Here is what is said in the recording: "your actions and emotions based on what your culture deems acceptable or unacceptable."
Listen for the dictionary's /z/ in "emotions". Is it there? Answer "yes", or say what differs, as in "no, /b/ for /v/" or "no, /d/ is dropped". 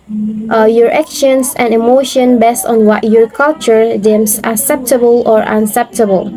no, /z/ is dropped